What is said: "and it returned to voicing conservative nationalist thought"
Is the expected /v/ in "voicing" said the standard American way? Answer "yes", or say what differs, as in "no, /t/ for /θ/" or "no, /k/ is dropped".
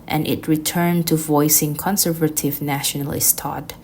yes